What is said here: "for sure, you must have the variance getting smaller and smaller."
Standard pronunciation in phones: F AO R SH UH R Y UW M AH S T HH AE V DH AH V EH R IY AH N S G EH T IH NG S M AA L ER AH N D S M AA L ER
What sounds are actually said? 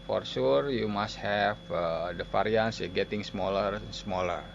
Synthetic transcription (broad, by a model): F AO R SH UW R Y UW M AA S T HH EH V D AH F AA R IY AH N S G EH T IH NG S M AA L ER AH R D S M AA L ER